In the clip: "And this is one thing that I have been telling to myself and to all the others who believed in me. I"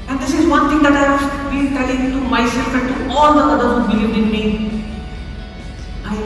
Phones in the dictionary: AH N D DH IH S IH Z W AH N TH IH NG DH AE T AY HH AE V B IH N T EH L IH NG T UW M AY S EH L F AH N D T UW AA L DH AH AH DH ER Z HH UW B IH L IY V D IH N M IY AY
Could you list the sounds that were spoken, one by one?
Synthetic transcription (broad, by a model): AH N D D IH S IH Z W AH N T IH NG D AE T AY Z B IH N T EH L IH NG T UW M AY S EH L F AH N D T UW AA L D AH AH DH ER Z HH UW B IH L IY V D IH N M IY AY